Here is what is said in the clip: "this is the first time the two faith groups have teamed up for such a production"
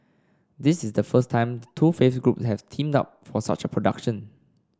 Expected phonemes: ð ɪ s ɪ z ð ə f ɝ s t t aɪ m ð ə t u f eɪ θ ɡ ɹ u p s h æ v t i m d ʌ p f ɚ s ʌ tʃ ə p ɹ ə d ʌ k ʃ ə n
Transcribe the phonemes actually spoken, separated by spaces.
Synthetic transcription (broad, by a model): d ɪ s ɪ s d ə f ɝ s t t aɪ m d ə t u f eɪ f ɡ ɹ u p s h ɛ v t i m d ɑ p f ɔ s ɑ tʃ ə p ɹ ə d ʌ k ʃ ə n